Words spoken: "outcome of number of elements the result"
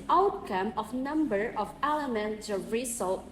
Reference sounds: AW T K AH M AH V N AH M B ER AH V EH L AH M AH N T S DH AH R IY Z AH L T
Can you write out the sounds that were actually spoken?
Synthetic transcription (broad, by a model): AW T K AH M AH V N AH M B ER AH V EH L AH M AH N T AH R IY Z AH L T